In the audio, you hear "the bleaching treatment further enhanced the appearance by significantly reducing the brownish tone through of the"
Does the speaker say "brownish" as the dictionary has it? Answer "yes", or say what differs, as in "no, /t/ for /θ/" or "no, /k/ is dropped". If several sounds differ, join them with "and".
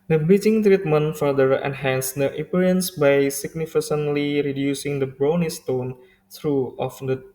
no, /s/ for /ʃ/